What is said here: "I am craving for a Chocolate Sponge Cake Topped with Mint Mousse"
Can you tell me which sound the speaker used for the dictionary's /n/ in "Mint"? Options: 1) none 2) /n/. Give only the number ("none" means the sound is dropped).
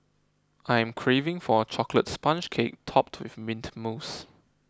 2